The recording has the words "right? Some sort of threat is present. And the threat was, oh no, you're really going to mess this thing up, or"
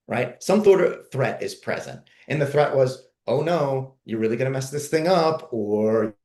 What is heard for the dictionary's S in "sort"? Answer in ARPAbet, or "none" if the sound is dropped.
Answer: TH